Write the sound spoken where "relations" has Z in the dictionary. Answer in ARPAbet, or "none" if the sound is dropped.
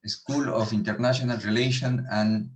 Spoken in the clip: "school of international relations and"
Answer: none